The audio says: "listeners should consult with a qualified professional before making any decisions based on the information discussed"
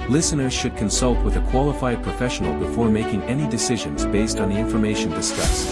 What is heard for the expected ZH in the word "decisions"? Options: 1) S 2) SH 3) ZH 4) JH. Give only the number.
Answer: 3